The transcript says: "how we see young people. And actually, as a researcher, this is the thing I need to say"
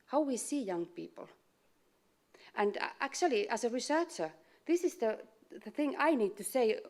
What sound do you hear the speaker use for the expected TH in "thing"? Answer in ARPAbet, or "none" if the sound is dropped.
TH